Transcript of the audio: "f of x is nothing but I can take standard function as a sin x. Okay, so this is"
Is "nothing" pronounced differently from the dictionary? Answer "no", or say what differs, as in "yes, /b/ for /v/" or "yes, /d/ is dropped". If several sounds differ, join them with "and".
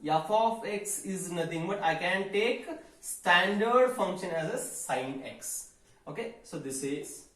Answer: yes, /t/ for /θ/